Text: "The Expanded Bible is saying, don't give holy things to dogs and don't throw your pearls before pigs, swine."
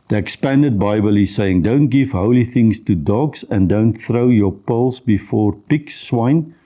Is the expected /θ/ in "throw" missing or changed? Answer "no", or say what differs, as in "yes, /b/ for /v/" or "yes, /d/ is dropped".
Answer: no